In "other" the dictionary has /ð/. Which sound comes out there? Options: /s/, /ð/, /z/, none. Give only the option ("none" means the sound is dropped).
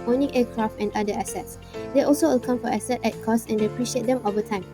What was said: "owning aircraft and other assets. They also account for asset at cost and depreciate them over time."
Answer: none